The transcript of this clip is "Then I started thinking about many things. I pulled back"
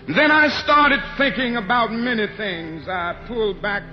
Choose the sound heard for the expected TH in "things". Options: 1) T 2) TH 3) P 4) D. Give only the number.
2